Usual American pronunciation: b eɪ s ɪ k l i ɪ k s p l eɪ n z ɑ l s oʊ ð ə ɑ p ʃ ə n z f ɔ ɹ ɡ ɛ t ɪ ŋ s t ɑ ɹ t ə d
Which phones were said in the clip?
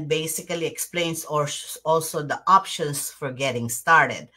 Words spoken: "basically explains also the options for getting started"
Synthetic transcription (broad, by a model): b eɪ s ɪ k l i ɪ k s p l eɪ n s ɑ l s oʊ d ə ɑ p ʃ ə n s f ɔ ɹ ɡ ɛ t ɪ ŋ s t ɑ ɹ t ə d